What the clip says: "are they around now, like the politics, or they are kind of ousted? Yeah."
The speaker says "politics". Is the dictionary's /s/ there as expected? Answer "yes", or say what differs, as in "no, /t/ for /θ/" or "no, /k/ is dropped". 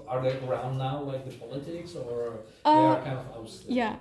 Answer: yes